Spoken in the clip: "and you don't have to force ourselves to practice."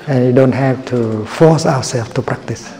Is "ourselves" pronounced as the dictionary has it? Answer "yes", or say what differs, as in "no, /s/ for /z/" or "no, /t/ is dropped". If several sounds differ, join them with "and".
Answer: no, /w/ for /ɹ/